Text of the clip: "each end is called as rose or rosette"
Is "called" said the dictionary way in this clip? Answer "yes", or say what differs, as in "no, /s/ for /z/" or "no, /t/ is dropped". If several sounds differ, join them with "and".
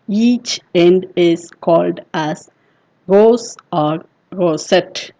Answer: yes